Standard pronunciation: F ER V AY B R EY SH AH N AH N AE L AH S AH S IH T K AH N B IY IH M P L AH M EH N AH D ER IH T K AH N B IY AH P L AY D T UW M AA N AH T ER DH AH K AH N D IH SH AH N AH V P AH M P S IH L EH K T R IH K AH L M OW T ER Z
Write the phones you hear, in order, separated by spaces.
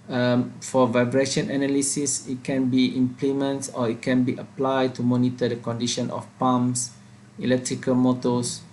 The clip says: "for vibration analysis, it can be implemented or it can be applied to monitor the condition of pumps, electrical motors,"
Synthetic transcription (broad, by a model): F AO V AY B R EY SH AH N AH N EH L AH S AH S IH T K AH N B IY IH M P L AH M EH N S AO IH T K AH N B IY AH P L AY D T UW M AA N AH T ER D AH K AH N D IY SH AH N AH F P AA M S IH L EH K T R IH K AH L M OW T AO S